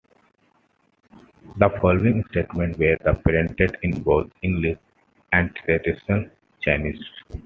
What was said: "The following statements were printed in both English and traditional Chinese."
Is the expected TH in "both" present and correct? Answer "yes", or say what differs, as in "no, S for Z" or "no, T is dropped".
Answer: no, T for TH